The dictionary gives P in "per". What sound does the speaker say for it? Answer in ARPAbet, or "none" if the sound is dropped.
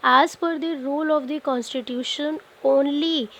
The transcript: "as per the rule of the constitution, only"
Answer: F